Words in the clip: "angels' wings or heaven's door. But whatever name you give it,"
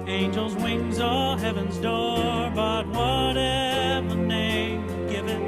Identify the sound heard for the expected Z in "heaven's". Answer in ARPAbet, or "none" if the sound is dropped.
Z